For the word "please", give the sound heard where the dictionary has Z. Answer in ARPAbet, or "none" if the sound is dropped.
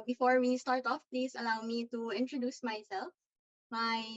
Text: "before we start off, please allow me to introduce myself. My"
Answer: S